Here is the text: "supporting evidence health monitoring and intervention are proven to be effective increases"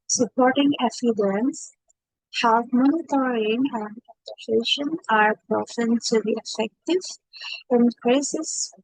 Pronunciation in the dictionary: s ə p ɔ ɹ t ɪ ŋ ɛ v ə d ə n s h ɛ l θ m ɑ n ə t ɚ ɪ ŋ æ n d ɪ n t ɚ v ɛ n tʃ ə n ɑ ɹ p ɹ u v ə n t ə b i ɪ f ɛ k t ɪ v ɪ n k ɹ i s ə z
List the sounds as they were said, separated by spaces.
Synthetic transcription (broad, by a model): s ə p ɔ ɹ t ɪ ŋ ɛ f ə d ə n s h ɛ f m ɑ n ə t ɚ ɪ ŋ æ n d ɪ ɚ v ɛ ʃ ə n ɑ ɹ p ɹ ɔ f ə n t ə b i ɪ f ɛ k t ɪ v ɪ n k ɹ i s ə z